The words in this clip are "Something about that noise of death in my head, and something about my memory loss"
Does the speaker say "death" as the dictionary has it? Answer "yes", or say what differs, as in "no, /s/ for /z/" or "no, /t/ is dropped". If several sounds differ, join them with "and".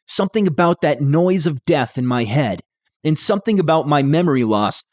yes